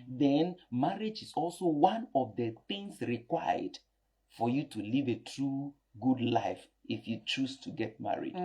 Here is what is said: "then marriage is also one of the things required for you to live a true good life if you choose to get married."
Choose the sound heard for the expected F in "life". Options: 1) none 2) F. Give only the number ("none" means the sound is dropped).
2